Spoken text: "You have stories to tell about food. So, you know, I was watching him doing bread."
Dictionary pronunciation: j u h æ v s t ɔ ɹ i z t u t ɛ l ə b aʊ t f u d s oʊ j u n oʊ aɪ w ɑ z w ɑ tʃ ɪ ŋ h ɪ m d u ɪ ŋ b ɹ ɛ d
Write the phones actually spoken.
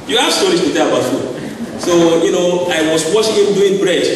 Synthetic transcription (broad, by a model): j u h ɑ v s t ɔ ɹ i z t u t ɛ ə b aʊ t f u s oʊ j u n oʊ aɪ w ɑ s w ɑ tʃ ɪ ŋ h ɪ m d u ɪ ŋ b ɹ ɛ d